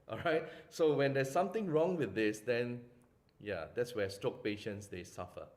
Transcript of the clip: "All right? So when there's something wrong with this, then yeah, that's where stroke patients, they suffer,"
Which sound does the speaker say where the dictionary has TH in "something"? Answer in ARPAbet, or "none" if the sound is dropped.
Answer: T